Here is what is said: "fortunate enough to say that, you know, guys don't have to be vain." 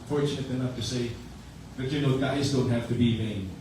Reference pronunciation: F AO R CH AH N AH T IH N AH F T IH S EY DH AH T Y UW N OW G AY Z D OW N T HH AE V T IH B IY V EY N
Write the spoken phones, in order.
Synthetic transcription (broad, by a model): F AO R CH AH N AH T IH N AH F T IH S EY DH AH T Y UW N OW G AY Z D OW N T HH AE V T IH B IY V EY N